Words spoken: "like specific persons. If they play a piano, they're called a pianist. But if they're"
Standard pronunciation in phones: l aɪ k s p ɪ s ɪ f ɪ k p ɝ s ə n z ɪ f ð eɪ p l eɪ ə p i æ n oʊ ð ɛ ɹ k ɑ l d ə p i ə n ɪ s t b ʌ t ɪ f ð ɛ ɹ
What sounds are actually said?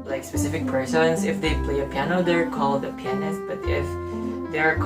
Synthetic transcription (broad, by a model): l aɪ k s p ɪ s ɪ f ɪ k p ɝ s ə n s ɪ f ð eɪ p l eɪ ə p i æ n oʊ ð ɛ ɹ k ɑ l d ə p i ə n ɪ s t b ʌ t ɪ f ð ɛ ɹ